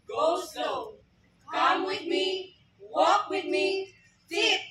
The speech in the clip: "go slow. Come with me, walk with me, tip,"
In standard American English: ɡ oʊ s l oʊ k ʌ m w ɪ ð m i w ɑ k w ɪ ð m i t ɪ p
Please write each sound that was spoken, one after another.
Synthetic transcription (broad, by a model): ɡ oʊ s oʊ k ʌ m w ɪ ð m i w ɑ k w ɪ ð m i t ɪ